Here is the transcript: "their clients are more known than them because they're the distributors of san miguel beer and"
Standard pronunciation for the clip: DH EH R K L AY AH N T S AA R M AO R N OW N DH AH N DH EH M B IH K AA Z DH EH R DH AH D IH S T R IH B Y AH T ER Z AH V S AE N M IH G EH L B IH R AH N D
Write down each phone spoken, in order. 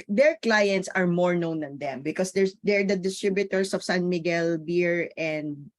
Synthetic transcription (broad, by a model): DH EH R K L AY AH N T S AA R M AO R N OW N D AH N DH EH M B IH K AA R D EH R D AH D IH S T R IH B Y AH T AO S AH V S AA N M IH G EH L B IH R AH N D